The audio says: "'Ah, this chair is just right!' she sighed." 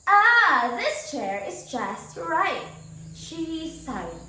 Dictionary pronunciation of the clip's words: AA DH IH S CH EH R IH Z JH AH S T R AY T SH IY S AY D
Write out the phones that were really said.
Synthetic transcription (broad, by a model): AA DH IH S CH EH R IH Z JH AH S T R AY T SH IY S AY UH